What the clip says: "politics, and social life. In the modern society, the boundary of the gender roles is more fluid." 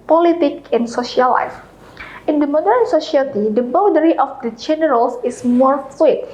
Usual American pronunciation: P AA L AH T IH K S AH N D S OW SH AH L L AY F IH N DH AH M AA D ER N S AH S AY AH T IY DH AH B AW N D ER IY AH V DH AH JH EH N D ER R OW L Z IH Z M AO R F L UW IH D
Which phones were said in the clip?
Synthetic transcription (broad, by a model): P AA L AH T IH K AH N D S OW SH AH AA L AY F IH N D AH M AA D ER N S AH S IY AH T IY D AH B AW D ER IY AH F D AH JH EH N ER R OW L S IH S M AO R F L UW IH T